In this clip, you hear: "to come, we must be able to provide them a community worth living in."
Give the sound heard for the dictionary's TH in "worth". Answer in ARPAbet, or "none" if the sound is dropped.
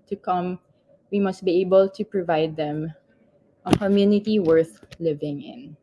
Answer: TH